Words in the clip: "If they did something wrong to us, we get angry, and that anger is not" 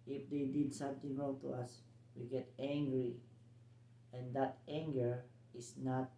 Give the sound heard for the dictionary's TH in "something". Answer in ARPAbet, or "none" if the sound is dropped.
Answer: T